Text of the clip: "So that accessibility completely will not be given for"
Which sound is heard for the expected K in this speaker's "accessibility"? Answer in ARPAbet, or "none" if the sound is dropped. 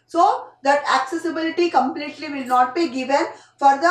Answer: K